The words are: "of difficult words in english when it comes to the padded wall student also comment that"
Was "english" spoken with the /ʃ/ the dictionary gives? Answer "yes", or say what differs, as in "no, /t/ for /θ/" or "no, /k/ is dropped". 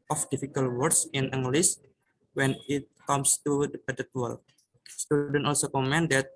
no, /s/ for /ʃ/